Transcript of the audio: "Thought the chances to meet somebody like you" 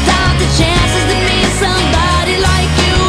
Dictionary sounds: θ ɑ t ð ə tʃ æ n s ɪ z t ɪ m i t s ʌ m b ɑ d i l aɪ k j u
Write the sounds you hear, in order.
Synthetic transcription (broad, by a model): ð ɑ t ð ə tʃ æ n s ɪ z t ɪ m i s ʌ m b ɑ d i l aɪ k j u